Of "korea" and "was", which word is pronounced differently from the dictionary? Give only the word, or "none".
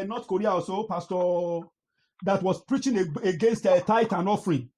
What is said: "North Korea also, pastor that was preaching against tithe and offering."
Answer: was